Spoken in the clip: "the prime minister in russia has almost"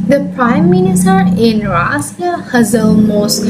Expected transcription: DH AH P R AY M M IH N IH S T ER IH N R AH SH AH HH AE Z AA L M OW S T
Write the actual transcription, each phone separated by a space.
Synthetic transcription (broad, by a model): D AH P R AY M M IH N IH S T ER IH N R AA S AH HH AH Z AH L M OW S